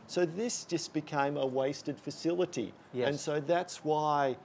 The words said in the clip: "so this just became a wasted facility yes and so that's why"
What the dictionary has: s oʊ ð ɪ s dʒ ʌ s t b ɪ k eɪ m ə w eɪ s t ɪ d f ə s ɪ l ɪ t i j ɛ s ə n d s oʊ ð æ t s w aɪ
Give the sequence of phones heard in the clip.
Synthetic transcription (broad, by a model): s oʊ ð ɪ s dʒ ʌ s b ɪ k eɪ m ə w eɪ s t ɪ d f ə s ɪ l ɪ t i j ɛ ə n s oʊ ð æ t s w aɪ